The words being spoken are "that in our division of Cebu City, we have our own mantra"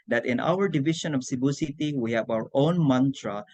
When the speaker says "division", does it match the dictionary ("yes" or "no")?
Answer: no